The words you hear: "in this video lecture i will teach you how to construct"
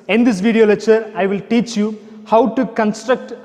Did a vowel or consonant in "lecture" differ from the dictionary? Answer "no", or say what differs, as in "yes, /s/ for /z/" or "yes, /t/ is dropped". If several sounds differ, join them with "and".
yes, /k/ is dropped